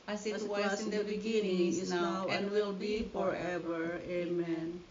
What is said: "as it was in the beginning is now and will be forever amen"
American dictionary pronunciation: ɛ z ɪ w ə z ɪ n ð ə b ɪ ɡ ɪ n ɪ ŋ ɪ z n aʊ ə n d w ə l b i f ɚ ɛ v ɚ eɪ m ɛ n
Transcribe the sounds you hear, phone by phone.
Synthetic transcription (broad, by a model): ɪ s ɪ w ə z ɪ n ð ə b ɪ ɡ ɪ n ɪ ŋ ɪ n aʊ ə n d w ə l b i f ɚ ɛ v ɚ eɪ m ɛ n